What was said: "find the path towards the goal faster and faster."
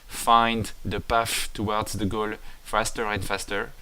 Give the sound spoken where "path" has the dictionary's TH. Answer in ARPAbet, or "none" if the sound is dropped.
F